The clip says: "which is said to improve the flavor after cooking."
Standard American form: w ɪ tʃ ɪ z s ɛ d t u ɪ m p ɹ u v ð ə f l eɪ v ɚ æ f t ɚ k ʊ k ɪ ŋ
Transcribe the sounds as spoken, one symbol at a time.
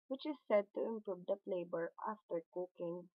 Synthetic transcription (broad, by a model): w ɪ tʃ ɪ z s ɛ d t u ɪ m p ɹ u v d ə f l eɪ b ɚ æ f t ɚ k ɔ k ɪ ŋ